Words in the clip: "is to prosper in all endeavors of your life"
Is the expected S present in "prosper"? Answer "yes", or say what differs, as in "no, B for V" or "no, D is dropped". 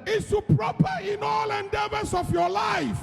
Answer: no, S is dropped